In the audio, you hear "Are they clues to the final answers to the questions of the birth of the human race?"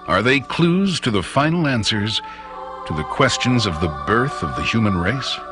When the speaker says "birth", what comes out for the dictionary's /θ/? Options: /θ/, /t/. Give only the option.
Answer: /θ/